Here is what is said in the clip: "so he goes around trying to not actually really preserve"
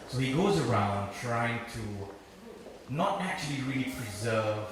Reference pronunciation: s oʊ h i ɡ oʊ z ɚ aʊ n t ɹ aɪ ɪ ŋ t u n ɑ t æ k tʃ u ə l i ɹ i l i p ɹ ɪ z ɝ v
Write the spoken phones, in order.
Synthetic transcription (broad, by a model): s oʊ h i ɡ oʊ z ɚ aʊ n t ɹ aɪ ɪ ŋ t u n ɑ t æ k tʃ u ə l i ɹ i l i p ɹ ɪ z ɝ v